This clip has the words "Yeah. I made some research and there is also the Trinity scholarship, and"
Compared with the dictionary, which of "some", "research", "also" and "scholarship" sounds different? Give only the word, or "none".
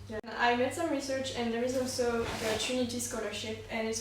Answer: none